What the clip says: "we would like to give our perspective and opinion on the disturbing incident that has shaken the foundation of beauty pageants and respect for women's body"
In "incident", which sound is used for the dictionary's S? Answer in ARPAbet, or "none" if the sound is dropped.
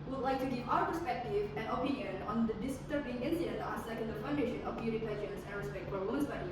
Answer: none